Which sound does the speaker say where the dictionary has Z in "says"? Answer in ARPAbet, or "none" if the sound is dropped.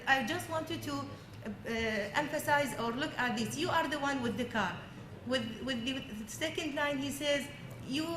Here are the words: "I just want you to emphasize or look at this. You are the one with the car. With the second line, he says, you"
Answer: Z